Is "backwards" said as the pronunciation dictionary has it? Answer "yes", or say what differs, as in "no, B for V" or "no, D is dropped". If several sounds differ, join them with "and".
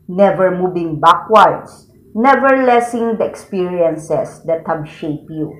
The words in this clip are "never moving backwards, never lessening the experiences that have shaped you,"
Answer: no, S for Z